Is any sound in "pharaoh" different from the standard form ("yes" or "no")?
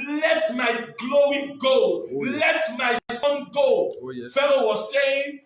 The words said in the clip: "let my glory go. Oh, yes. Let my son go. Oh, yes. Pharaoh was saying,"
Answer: yes